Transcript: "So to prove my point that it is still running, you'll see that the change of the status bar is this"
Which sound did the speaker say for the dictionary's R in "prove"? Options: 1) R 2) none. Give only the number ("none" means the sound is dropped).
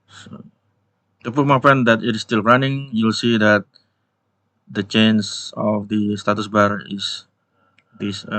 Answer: 2